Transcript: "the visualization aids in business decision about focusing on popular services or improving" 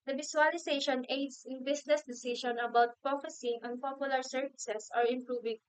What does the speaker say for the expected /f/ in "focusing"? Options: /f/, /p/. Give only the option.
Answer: /p/